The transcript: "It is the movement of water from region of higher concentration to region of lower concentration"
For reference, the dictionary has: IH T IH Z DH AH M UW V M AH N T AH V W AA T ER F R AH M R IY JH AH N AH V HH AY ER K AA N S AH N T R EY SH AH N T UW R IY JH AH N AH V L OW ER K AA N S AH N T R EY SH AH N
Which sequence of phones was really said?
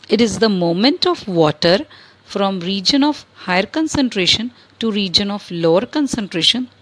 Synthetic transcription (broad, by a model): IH T IH Z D AH M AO M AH N T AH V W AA T ER F R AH M R IY JH AH N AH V HH AY ER K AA N S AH N T R EY SH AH N T UW R IY JH AH N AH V L OW ER K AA N S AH N T R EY SH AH N